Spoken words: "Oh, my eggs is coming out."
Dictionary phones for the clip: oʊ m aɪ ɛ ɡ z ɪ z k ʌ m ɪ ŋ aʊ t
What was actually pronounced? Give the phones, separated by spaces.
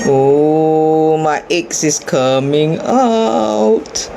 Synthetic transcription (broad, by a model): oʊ m aɪ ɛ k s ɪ s k ʌ m ɪ ŋ aʊ t